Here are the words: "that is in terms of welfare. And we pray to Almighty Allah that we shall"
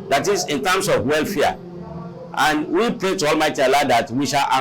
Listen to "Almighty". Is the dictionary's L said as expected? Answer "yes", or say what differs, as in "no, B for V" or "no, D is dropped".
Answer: yes